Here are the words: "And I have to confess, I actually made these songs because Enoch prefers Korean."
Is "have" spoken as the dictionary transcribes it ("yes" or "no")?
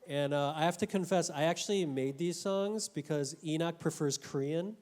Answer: no